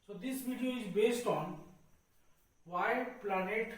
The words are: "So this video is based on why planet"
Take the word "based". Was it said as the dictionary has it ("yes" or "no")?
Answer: yes